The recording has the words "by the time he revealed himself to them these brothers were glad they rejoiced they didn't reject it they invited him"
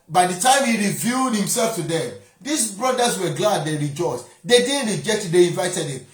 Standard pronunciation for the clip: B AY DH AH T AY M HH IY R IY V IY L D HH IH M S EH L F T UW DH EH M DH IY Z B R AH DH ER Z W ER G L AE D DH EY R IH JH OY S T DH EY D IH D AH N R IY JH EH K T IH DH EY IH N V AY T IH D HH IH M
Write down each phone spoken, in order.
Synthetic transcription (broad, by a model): B AY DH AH T AY M HH IY R IY V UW D HH IH M S EH L F T UW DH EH M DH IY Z B R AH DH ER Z W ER G L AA D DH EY R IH JH OY S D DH EY D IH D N R IY JH EH K T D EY IH N V AY T IH D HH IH M